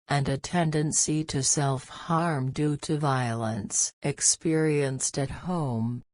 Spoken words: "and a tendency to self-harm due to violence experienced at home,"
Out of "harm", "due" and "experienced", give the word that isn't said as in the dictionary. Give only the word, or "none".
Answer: none